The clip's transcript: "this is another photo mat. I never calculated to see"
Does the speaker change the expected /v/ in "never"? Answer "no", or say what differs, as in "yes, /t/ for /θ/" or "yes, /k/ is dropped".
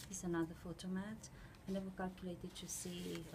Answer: yes, /w/ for /v/